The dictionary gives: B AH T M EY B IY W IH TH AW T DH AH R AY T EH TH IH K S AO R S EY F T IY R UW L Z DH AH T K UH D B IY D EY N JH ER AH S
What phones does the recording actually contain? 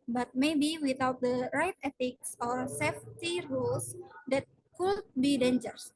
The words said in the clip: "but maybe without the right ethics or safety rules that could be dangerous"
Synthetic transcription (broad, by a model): B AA T M EY B IY W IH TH AW T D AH R AY T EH T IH K S AO R S EY F T IY R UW L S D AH T K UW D B IY D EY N JH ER S